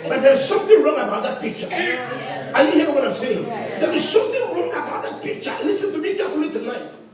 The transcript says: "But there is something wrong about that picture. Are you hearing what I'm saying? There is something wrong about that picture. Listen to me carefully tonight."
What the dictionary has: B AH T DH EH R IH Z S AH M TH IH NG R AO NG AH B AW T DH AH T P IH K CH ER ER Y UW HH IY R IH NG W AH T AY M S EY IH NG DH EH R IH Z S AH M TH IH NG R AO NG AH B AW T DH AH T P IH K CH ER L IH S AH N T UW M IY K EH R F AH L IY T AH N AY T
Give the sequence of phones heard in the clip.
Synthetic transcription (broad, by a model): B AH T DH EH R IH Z S AH M TH IH NG R AO NG AH B AW T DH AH T P IH K CH ER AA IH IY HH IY IH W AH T AY M S EY IH NG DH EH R IH Z S AH M TH IH NG R AO NG AH B AW T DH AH T P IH K CH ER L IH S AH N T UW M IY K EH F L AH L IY T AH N AY T